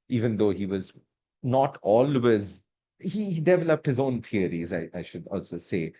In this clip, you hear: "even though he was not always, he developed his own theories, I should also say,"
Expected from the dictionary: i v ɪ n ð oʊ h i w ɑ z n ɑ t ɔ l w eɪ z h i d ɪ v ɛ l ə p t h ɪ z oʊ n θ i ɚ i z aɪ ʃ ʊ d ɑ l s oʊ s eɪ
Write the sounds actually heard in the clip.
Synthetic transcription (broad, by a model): i v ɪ n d oʊ h i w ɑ z n ɑ t ɔ l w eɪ z h i d ɪ v ɛ l ə p t h ɪ z oʊ n t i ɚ i z aɪ ʃ ʊ d ɑ l s oʊ s eɪ